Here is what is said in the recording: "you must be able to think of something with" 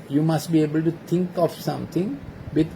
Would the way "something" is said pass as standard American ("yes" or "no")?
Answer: no